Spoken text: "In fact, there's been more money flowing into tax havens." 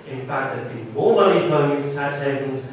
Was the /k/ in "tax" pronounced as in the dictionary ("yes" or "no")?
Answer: no